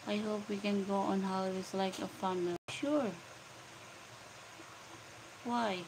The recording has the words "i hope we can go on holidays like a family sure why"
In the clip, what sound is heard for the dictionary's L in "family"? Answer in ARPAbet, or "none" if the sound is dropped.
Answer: none